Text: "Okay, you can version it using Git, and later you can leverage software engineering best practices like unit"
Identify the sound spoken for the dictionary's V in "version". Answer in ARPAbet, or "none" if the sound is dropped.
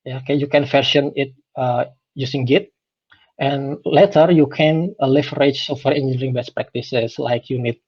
F